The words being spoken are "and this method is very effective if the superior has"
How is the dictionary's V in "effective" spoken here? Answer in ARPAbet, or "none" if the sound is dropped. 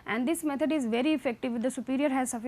V